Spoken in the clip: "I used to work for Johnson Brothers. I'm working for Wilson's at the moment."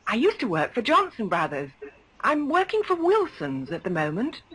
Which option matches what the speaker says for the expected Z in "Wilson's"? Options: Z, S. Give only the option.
Z